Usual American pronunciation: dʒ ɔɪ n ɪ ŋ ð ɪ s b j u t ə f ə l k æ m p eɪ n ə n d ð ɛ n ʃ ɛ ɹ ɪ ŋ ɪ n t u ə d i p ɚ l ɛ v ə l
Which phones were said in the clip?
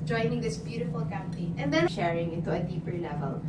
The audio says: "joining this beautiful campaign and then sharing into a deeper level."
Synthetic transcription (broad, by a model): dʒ ɔɪ n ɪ ŋ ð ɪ s b j u t ə f ə l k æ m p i ə n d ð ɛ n ʃ ɛ ɹ ɪ ŋ ɪ n t u ə d i p ɚ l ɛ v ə l